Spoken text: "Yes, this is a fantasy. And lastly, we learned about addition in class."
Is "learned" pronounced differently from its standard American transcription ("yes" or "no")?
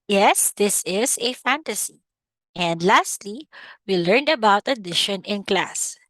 no